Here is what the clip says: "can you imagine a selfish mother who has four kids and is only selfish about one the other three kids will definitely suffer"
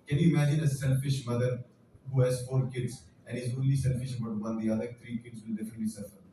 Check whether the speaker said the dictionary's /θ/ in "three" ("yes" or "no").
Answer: no